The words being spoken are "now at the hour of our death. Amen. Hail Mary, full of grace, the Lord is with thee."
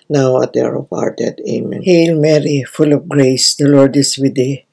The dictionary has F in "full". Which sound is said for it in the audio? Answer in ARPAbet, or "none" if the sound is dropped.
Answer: F